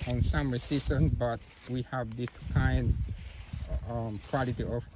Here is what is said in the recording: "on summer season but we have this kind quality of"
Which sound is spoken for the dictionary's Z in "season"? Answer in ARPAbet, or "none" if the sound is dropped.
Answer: S